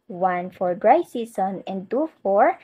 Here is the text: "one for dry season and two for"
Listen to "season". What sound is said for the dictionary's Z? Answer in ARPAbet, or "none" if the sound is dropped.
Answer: S